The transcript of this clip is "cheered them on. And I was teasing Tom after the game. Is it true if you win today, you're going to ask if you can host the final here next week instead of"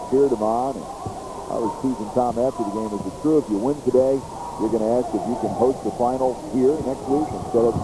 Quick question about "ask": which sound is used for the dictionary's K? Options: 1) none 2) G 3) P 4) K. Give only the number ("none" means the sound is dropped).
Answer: 4